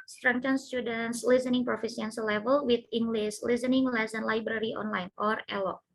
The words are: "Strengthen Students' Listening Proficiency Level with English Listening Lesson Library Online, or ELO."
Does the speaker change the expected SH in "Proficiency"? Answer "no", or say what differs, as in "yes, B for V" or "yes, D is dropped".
yes, S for SH